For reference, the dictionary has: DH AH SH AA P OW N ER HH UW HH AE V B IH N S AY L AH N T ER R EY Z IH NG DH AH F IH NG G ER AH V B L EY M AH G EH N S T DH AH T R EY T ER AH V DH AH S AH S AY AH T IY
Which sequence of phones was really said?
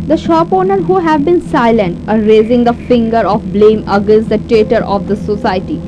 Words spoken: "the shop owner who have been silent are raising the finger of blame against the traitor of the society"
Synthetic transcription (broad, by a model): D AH SH AA P OW N ER HH UW HH AE V B IH N S AY L AH N T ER R EY Z IH NG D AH F IH NG G ER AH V B L EY M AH G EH N S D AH T EY T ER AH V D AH S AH S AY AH T IY